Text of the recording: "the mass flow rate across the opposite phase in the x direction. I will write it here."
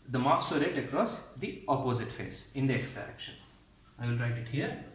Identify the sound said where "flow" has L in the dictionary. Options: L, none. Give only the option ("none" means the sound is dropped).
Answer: none